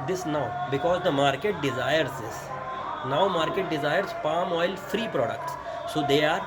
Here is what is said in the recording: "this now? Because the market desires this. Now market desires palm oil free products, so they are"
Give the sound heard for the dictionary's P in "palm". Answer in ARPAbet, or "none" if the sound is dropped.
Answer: P